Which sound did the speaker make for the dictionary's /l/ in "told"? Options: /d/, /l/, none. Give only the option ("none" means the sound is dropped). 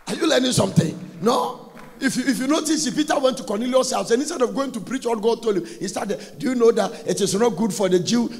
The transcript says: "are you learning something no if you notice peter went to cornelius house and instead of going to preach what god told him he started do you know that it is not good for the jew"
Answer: /l/